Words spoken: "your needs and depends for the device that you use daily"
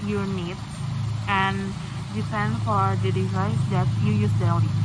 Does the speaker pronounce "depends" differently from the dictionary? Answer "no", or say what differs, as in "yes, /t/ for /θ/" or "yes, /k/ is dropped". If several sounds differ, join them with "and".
yes, /z/ is dropped